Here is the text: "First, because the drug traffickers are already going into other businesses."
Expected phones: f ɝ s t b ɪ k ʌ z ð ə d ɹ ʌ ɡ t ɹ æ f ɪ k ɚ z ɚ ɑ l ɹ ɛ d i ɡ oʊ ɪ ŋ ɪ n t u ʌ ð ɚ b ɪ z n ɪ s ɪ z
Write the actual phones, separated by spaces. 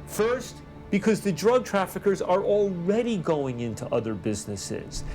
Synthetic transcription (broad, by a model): f ɝ s t b ɪ k ʌ z ð ə d ɹ ʌ ɡ t ɹ æ f ɪ k ɚ z ɚ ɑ l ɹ ɛ d i ɡ oʊ ɪ ŋ ɪ n t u ʌ ð ɚ b ɪ z n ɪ s ɪ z